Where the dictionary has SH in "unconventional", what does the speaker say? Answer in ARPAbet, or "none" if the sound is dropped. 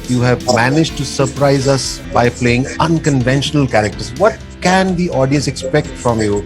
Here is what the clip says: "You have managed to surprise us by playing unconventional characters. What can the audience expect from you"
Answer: SH